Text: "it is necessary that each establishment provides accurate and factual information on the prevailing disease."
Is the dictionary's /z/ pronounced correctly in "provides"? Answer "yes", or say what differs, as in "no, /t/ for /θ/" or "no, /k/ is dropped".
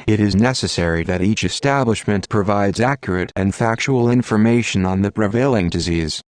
yes